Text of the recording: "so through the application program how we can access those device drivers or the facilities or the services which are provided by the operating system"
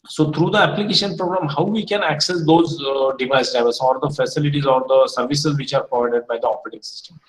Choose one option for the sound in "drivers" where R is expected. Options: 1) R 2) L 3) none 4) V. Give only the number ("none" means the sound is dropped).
3